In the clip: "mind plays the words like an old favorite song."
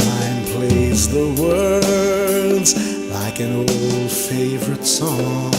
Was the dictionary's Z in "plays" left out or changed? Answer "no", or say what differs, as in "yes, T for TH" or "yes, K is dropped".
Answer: no